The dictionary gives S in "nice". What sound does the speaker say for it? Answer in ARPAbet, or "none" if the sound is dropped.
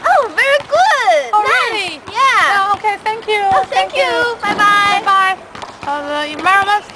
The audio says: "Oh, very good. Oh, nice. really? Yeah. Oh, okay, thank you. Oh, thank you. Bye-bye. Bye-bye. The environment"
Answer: none